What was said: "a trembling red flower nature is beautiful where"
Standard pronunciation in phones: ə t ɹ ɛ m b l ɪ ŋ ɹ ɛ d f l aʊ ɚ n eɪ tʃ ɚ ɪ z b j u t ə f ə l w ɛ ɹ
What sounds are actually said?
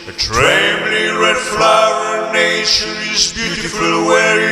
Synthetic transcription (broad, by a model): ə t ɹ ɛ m l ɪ ɹ ɛ d f l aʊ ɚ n eɪ ʃ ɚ ɪ z b j u t ə f ə l w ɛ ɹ